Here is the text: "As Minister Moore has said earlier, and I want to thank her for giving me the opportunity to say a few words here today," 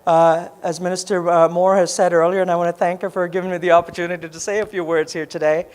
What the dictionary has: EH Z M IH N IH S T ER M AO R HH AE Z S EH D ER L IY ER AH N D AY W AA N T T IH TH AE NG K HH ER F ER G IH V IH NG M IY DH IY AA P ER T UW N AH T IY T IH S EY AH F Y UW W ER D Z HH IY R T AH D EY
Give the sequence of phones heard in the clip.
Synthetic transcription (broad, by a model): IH Z M IH N IH S T ER M AO R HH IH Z S EH D ER L IY ER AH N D AY W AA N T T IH TH AE NG K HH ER F ER G IH V IH NG M IY DH IY AA P ER T UW N AH T IY T IH S EY AH F Y UW W ER D Z HH IY R T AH D EY